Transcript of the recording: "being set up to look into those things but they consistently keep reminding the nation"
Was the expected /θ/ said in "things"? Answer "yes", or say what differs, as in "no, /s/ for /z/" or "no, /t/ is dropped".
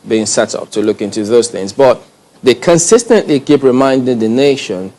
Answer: yes